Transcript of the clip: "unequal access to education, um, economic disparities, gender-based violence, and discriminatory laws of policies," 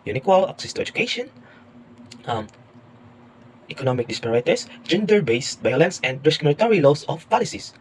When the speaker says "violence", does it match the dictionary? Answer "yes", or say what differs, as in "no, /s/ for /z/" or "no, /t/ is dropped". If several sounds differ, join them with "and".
no, /b/ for /v/